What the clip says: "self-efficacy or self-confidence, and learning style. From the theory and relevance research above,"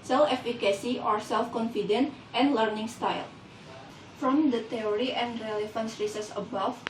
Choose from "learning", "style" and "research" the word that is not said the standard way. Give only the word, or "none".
research